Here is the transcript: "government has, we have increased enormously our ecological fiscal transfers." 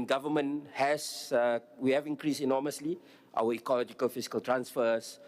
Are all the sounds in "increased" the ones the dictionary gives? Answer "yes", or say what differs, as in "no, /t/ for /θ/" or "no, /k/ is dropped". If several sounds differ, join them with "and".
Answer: no, /t/ is dropped